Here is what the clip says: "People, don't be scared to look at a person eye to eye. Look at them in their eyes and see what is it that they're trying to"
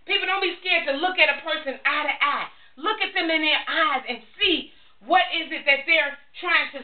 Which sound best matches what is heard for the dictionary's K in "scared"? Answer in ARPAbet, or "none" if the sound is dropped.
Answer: K